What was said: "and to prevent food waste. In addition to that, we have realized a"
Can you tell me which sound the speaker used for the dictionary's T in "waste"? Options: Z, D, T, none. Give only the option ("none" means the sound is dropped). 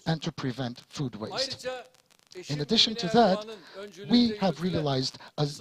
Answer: T